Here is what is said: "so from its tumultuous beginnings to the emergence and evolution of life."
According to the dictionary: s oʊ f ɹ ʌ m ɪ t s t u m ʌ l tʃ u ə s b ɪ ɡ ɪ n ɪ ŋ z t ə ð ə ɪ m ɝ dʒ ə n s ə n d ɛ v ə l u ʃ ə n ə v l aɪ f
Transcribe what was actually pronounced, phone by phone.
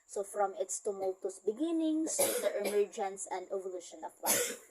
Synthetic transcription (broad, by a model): s oʊ f ɹ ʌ m ɪ t s t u m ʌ l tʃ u s b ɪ ɡ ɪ n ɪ ŋ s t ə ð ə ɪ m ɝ dʒ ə n s ə n d ɛ v ə l u ʃ ə n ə p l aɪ